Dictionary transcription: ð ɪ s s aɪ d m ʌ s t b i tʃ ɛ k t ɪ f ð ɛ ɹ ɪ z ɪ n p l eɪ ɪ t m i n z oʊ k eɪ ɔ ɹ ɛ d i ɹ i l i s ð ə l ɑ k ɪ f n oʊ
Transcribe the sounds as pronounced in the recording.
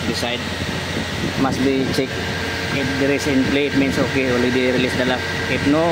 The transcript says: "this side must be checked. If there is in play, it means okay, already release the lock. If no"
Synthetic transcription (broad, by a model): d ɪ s s aɪ d m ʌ s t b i tʃ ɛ k ɪ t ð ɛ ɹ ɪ s ɪ n p l eɪ ɪ t m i n s oʊ k eɪ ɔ l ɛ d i ɹ i l i s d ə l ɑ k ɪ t n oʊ